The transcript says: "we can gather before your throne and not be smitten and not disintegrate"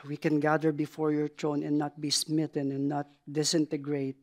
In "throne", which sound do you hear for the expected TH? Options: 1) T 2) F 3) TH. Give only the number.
1